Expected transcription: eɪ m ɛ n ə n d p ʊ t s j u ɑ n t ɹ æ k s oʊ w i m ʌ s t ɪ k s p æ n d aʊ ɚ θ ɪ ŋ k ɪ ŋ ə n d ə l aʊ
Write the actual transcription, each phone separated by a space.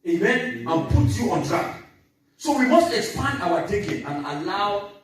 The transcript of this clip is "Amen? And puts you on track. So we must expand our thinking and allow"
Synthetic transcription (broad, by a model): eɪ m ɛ n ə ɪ p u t j u ɑ n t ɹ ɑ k s oʊ w i m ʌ s t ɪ k s p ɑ n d aʊ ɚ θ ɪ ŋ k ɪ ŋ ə n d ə l aʊ